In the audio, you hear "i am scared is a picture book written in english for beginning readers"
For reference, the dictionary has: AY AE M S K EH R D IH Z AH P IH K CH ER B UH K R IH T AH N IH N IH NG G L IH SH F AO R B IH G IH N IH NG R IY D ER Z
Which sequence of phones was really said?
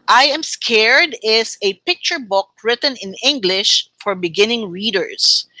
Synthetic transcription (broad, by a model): AY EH M S K EH R D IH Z AH P IH K CH ER B UH K R IH T AH N IH N IH NG G L IH SH F AO R B IH G IH N IH NG R IY D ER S